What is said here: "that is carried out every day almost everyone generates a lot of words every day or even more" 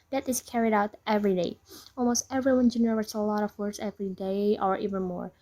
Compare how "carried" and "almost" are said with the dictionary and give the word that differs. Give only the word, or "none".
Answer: none